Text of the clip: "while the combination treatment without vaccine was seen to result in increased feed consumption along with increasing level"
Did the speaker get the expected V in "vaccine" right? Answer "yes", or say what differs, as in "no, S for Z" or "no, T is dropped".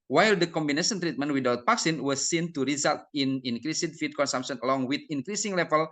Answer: no, P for V